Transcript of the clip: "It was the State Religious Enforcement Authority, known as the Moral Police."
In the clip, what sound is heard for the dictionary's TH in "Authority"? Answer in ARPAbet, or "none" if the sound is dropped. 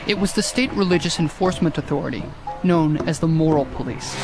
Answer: TH